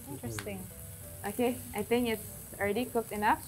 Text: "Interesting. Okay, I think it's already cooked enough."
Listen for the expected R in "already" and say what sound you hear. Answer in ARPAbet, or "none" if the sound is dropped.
L